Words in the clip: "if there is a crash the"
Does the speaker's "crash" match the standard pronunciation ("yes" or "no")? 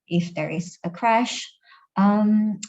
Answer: yes